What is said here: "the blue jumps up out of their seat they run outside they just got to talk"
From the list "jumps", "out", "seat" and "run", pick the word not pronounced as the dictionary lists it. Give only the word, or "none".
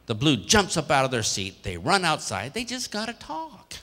none